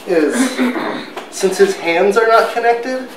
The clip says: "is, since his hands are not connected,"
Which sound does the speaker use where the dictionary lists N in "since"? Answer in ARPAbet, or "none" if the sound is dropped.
N